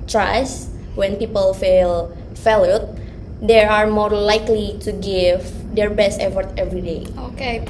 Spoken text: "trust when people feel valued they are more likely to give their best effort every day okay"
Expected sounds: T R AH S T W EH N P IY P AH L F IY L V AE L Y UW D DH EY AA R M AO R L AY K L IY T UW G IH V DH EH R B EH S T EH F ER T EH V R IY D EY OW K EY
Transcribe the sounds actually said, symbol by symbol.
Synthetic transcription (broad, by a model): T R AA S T W EH N P IY P AH L F IY L F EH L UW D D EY AA R M AO R L AY K L IY T UW G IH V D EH R B EH S T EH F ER T EH V R IY D EY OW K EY